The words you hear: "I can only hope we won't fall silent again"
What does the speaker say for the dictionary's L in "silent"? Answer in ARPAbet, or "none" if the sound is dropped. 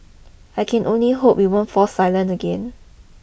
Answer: L